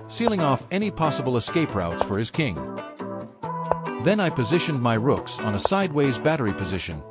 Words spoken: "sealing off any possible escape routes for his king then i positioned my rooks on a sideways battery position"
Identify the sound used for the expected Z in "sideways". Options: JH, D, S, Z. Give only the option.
Z